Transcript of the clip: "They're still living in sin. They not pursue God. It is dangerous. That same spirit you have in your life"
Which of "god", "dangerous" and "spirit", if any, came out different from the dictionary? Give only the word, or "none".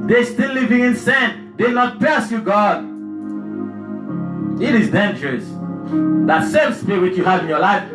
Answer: spirit